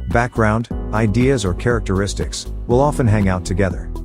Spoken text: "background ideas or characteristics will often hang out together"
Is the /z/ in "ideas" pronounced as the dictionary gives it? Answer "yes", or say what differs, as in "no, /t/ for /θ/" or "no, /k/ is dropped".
yes